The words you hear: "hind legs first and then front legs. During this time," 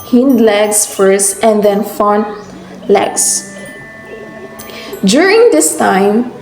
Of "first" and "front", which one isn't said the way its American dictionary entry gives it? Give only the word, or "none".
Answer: front